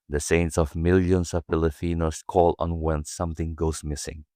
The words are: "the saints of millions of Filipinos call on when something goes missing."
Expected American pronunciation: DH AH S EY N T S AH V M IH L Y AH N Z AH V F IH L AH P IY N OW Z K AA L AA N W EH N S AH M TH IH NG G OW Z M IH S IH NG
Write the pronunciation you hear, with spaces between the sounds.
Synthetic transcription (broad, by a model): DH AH S EY N T S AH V M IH L Y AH N S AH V P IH L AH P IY N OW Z K AA L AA N W EH N S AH M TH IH NG G OW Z M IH S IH NG